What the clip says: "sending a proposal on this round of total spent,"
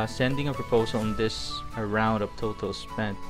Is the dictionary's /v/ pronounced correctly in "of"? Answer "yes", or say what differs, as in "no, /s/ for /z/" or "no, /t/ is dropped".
no, /p/ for /v/